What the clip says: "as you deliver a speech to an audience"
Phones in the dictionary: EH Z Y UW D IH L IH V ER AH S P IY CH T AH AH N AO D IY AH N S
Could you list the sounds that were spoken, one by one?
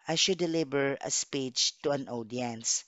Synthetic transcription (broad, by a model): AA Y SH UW D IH L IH B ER AH S P IY CH T AH AH N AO D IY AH N S